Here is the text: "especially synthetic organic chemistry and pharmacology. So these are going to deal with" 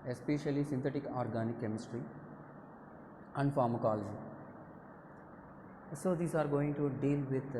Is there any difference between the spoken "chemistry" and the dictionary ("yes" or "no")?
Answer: no